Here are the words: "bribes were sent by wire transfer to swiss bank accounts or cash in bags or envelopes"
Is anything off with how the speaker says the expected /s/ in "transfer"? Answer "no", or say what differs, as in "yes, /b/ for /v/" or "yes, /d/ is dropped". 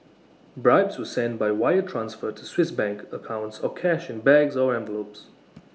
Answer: no